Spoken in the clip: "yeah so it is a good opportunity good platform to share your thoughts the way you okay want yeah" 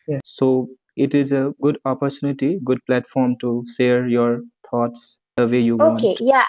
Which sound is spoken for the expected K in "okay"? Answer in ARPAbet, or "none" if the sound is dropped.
none